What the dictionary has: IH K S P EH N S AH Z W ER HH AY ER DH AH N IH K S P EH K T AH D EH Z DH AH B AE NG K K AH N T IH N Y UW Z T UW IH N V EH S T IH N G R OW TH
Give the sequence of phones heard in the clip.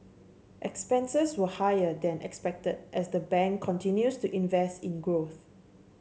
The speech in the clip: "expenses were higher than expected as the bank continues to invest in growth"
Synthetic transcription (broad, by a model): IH K S P EH N S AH S W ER HH AY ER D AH N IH K S P EH K T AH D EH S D AH B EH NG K K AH N T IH N Y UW S T UW IH N V EH S T IH N G R OW TH